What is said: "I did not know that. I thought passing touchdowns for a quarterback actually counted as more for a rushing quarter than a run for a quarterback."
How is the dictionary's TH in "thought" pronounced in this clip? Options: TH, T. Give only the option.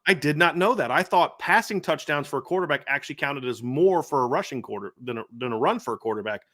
TH